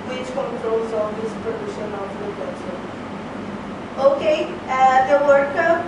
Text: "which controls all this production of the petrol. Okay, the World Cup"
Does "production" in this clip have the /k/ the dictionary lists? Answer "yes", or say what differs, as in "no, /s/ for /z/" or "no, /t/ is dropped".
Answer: no, /k/ is dropped